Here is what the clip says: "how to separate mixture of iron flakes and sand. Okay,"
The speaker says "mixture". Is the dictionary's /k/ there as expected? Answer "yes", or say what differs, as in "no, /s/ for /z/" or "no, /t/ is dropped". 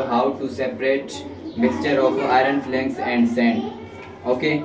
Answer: no, /k/ is dropped